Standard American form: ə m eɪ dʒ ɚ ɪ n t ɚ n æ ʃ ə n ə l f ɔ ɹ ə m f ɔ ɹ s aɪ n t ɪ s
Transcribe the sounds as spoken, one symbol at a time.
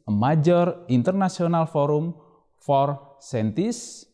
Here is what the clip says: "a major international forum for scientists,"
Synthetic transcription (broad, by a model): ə m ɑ dʒ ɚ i n t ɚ n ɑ s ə n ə l f ɔ ɹ ə m f ɔ ɹ s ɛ n t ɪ s